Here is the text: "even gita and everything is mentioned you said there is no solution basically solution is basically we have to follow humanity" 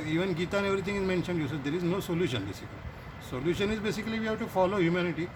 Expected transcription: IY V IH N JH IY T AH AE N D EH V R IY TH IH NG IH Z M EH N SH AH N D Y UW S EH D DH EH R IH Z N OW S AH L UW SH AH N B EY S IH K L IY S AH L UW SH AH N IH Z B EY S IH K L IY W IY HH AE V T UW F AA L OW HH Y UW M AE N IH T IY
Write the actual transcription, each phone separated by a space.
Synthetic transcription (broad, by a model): IY V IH N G IY T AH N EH V R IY T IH NG IH Z M EH N SH AH N D Y UW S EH D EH R IH Z N OW S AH L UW SH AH N B EY S IH K L IY S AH L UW SH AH N IH Z B EY S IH K L IY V IY HH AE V T UW F AA L OW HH Y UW M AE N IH T IY